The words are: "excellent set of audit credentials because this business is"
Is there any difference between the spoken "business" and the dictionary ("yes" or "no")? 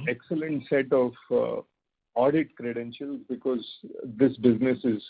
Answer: no